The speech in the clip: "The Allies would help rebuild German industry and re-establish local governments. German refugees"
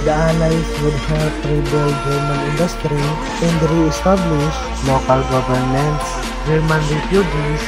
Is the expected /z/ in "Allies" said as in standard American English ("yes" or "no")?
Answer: no